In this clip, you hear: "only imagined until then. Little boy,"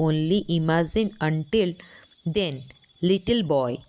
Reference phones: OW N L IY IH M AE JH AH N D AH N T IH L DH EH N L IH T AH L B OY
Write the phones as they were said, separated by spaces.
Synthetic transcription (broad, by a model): OW N L IY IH M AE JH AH N AH N T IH L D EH N L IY T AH L B OY